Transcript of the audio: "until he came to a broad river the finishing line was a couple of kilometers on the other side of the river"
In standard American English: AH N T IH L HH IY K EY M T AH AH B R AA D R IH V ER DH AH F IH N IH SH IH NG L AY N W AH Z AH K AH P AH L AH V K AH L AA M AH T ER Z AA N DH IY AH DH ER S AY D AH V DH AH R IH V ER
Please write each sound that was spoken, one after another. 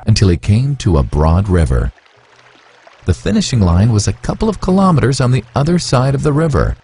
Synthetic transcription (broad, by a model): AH N T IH L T K EY M T AH AH B R AA D R IH V ER DH AH F IH N IH SH IH NG L AY N W AH Z AH K AH P L AH V K AH L AA M AH T ER Z N DH IY AH DH ER S AY D AH V DH AH R IH V ER